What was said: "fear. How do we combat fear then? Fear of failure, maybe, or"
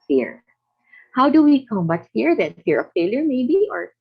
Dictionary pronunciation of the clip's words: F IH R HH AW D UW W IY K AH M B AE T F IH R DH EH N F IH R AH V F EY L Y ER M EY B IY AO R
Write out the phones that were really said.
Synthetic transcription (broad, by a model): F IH R HH AW D UW W IY K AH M AH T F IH R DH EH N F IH R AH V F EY L Y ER M EY B IY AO R